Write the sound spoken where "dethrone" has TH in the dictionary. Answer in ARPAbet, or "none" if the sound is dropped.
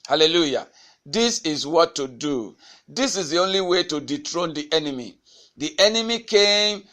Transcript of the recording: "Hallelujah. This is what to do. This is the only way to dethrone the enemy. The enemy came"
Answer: T